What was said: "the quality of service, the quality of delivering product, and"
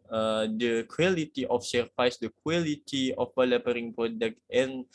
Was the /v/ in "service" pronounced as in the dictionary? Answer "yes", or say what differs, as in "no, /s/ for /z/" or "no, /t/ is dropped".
no, /f/ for /v/